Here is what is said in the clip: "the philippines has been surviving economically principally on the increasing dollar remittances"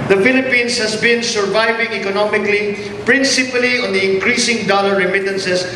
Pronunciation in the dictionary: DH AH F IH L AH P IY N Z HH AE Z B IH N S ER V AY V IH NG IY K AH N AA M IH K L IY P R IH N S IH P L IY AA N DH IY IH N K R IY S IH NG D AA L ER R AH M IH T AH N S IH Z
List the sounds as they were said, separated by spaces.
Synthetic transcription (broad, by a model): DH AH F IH L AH P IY N S HH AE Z B IH N S ER V AY V IH NG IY K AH N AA M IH K L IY P R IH N S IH P L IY AA N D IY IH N K R IY S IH NG D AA L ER R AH M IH T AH N S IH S